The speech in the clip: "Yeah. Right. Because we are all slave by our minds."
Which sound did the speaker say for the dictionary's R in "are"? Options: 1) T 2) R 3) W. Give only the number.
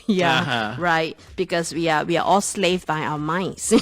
3